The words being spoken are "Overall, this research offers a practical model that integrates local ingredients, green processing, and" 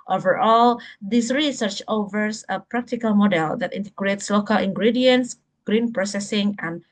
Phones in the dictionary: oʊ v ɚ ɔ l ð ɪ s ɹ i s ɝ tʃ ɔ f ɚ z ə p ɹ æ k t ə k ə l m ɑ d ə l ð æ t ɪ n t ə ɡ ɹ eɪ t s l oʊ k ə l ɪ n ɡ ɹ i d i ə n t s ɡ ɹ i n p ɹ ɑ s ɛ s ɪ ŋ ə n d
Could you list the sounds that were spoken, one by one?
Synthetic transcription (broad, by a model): oʊ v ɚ ɔ l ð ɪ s ɹ i s ɝ tʃ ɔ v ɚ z ə p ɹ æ k t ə k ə l m ɑ d ə l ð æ t ɪ n t ə ɡ ɹ eɪ t s l oʊ k ə l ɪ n ɡ ɹ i d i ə n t s ɡ ɹ i n p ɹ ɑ s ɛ s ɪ ŋ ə n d